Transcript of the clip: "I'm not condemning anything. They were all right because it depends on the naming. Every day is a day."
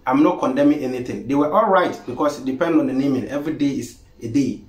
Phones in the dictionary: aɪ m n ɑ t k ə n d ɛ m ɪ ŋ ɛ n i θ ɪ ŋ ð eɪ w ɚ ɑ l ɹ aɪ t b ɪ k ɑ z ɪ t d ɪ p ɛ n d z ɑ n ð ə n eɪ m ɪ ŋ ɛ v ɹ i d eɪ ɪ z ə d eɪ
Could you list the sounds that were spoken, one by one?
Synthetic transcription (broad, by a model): aɪ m n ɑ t k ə n d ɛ m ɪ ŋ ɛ n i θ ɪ ŋ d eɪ w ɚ ɑ l ɹ aɪ t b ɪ k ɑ s ɪ t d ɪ p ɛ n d ɑ n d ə n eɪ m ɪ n ɛ v ɹ i d eɪ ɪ s ə d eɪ